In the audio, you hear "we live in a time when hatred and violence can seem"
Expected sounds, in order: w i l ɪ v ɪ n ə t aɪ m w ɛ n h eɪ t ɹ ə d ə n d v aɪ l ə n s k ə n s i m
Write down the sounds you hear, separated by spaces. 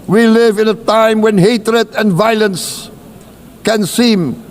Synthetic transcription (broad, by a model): w i l ɪ v ɪ n ə t aɪ m w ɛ n h eɪ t ɹ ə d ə n v aɪ l ə n s k ə n s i m